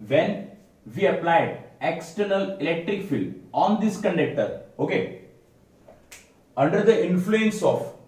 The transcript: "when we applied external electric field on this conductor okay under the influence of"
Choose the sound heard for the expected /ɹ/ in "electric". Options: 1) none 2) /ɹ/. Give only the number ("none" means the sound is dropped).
2